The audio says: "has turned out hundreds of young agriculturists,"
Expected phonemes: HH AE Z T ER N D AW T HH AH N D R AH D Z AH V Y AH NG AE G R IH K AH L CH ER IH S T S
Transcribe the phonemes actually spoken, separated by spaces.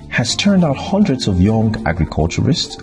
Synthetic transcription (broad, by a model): HH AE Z T ER N D AW T HH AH N D R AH D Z AH V Y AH NG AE G R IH K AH L CH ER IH S T S